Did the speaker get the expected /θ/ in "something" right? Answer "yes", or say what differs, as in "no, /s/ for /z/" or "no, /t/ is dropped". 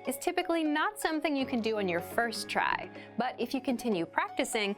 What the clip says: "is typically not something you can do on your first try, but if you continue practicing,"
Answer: yes